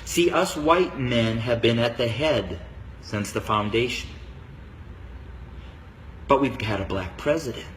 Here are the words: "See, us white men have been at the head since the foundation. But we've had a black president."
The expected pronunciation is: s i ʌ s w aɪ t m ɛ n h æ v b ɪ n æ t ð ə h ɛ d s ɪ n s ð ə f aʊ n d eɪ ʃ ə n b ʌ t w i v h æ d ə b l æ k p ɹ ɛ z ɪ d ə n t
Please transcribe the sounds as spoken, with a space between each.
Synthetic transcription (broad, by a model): s i ʌ s w aɪ t m ɛ n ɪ v b ɪ n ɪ t ð ə h ɛ d s ɪ n s ð ə f aʊ n d eɪ ʃ n b ʌ t w i v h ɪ d ə b l æ k p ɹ ɛ z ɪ d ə n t